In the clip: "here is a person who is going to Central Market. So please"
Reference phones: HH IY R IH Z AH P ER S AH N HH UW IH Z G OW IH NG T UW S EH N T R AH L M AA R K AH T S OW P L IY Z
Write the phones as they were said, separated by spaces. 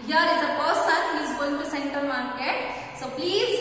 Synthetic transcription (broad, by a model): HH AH R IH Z AH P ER S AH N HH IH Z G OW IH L T UW S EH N T AH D M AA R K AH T S OW P L IY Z